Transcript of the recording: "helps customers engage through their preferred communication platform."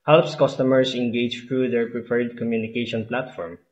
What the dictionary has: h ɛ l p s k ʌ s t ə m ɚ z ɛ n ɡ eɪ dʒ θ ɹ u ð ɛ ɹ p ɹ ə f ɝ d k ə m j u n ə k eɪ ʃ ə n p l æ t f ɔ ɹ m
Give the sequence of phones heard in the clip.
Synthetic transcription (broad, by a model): h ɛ l p s k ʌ s t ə m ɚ s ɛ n ɡ eɪ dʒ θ ɹ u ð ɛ ɹ p ɹ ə p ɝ d k ə m j u n ə k eɪ ʃ ə n p l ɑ t f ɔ ɹ m